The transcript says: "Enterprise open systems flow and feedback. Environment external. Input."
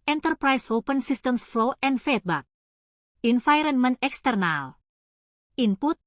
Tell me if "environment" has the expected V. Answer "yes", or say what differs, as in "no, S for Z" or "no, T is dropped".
no, F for V